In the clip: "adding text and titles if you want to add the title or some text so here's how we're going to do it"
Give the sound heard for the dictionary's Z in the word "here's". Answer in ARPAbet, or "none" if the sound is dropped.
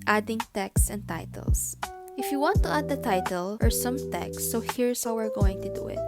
S